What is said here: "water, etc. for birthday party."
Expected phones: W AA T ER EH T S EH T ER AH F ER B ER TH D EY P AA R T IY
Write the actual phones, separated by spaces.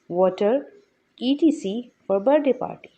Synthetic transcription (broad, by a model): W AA T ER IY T IY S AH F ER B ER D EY P AA R T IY